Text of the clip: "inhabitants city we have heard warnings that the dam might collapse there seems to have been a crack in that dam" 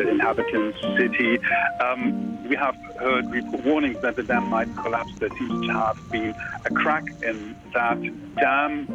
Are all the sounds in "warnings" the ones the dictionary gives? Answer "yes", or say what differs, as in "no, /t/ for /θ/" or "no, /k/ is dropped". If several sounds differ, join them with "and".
no, /w/ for /ɹ/